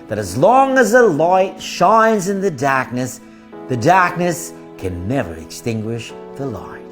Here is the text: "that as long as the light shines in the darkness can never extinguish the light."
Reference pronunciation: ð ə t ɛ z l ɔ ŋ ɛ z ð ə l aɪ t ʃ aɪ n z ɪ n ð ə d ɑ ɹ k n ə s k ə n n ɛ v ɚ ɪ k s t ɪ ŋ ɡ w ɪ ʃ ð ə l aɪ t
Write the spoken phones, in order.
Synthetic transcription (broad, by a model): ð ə t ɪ z l ɔ ŋ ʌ z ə l aɪ t ʃ aɪ n z ɪ n ð ə d ɑ ɹ k n ə s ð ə n n ɛ v ɚ ɪ k s t ɪ ŋ ɡ w ɪ ʃ ð ə l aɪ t